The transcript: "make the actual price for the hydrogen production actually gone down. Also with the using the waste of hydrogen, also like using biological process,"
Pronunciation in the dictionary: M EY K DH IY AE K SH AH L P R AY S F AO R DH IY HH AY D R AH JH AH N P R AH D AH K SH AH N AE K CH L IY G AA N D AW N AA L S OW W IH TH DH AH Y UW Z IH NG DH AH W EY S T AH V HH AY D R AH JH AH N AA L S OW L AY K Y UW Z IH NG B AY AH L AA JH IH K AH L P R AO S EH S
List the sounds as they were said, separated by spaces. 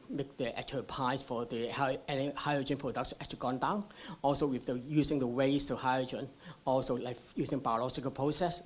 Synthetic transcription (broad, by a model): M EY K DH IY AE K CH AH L P AY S F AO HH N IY HH AY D R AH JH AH N P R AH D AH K S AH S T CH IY G AA N D AW N AA L S OW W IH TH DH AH Y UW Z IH NG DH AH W EY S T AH HH AY D R AH JH AH N AA L S OW L AY K Y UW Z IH NG B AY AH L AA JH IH K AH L P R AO S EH S